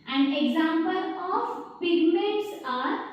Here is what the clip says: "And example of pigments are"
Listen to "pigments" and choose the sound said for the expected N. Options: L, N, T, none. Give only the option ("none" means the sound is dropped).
none